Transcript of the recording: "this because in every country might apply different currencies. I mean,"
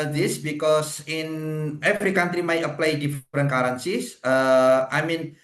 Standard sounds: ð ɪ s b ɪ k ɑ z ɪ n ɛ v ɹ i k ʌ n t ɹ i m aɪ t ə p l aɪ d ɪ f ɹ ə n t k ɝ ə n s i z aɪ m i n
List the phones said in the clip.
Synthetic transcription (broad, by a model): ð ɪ s b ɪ k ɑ s ɪ n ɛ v ɹ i k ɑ n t ɹ i m aɪ t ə p l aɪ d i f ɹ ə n k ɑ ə n s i s aɪ m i n